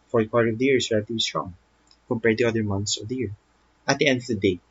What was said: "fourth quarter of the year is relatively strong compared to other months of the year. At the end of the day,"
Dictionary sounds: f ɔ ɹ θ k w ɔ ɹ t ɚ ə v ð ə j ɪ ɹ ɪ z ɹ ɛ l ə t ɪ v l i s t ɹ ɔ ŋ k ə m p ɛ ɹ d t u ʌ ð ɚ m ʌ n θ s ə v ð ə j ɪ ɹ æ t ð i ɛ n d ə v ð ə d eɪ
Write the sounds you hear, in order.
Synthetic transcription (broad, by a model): f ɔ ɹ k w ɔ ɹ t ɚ ə v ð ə j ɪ ɹ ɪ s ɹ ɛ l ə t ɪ b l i s t ɹ ɔ ŋ k ə m p ɛ ɹ d t u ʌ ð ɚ m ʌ n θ s ə v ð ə j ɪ ɹ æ t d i ɛ n d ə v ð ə d eɪ